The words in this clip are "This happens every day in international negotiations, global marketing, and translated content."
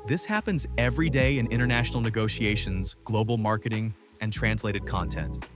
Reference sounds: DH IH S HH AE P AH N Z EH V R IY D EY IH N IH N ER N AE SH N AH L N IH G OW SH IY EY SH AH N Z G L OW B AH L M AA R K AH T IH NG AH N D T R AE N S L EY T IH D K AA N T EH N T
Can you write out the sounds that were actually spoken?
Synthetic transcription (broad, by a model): DH IH S HH AE P AH N Z EH V R IY D EY IH N IH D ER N AE SH N L N IH G OW SH IY EY SH AH N Z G L OW B L M AA R K AH T IH NG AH N T R AE N S L EY T IH D K AA N T EH N T